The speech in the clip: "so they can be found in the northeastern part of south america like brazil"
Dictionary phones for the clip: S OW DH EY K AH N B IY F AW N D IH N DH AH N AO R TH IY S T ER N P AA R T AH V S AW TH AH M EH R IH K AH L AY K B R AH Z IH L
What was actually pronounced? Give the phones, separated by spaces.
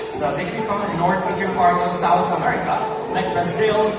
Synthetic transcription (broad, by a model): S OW DH EY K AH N B IY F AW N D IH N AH N AO R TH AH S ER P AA R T AH V S AW TH AH M EH R IH K AH L AY K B R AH Z IH L